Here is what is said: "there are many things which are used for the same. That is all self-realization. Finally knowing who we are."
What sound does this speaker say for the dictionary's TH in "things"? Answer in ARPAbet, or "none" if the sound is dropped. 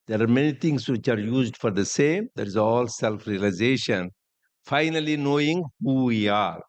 T